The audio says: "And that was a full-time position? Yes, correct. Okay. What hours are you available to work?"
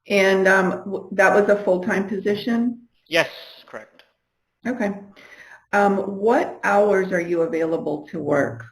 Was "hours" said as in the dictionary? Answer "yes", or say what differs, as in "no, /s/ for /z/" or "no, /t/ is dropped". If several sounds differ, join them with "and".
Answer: yes